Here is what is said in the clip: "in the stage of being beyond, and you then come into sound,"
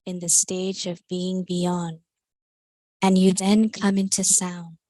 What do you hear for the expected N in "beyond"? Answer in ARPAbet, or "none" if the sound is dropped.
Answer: N